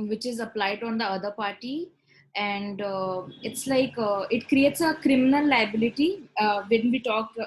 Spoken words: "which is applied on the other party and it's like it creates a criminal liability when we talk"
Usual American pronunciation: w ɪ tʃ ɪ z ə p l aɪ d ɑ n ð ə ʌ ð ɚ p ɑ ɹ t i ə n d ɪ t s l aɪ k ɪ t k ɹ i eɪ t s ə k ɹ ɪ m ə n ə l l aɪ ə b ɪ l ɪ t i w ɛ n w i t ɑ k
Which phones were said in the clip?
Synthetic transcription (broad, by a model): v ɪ tʃ ɪ z ə p l aɪ d ɑ n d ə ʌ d ɚ p ɑ ɹ t i ə n d ɪ t s l aɪ k ɪ t k ɹ i eɪ t s ə k ɹ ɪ m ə n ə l l aɪ ə b ɪ l ɪ t i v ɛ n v i t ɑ k